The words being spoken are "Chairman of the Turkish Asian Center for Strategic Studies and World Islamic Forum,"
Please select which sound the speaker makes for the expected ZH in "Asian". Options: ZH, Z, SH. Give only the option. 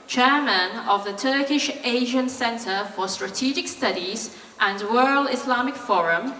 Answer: ZH